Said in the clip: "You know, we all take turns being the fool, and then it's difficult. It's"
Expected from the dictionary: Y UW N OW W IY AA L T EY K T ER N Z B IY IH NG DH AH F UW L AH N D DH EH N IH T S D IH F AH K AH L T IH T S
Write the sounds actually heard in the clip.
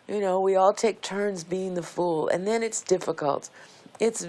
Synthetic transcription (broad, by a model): Y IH N OW W IY AA L T EY K T ER N Z B IY IH NG DH AH F UW L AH N DH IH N IH T S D IH F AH K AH L T IH T S